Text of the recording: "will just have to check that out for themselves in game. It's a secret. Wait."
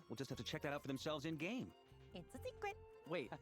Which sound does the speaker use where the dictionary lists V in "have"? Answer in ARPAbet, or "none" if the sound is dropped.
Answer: F